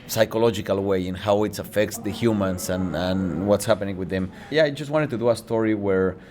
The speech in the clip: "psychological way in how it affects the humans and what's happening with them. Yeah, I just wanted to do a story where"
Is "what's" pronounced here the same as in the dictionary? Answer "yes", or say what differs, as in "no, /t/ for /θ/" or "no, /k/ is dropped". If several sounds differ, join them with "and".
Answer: yes